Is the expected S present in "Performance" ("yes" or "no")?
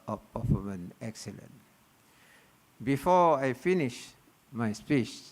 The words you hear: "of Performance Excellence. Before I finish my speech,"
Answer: no